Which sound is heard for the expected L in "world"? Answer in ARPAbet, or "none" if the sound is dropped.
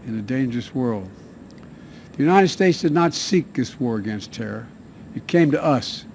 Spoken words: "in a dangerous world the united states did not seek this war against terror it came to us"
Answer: L